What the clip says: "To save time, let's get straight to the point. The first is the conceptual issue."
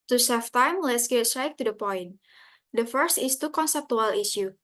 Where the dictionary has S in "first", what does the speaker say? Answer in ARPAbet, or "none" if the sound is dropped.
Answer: S